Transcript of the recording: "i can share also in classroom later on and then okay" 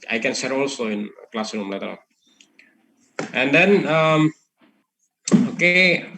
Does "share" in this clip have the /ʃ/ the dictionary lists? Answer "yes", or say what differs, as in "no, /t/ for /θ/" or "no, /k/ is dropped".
no, /s/ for /ʃ/